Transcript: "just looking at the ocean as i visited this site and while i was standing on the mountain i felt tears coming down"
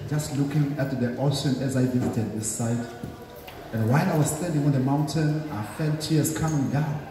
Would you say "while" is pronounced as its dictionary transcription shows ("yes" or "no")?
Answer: no